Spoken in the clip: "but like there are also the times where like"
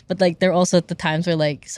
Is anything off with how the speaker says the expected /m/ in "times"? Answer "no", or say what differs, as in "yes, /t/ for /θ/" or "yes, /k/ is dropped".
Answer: no